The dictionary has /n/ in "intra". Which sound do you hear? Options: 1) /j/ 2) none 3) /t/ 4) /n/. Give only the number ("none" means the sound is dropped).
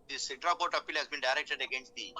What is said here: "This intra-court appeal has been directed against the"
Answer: 2